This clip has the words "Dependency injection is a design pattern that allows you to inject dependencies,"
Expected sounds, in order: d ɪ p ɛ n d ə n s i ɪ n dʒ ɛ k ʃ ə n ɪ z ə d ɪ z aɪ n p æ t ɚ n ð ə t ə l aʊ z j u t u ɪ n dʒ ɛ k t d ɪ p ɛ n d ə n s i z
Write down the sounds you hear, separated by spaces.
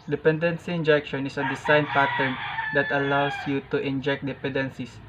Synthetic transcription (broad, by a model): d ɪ p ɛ n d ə n s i ɪ n dʒ ɛ k ʃ ə n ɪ s ə d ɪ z aɪ n p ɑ t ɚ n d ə t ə l aʊ s j u t u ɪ n dʒ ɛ k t d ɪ p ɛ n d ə n s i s